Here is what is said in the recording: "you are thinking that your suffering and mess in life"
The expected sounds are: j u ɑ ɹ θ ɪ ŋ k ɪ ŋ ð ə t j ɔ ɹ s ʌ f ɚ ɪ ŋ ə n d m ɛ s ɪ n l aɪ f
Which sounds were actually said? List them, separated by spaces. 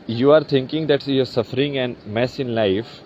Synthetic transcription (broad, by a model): j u ɑ ɹ t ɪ ŋ k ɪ ŋ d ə t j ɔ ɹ s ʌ f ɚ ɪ ŋ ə n m ɛ s ɪ n l aɪ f